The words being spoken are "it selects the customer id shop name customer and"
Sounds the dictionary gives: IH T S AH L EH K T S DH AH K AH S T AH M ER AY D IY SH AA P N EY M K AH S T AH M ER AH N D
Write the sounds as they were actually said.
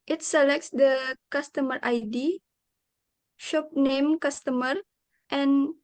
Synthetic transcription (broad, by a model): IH T S AH L EH K T S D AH K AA S T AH M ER AY D IY SH AA P N EY M K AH S T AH M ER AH N